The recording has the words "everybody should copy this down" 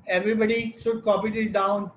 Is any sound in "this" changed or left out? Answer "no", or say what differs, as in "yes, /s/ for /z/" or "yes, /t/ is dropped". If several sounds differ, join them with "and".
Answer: yes, /s/ is dropped